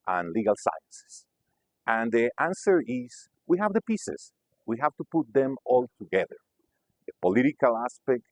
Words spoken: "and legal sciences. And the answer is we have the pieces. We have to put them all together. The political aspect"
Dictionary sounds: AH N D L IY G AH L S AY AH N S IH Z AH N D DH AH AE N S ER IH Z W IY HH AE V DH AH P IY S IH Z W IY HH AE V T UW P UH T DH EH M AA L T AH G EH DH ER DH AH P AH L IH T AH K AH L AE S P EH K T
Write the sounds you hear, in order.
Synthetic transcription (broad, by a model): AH N L IY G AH L S AY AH N S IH S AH N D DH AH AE N S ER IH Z W IY HH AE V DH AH P IY S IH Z W IY HH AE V T UW P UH T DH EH M AA L T AH G EH DH ER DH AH P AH L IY T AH K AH L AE S P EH K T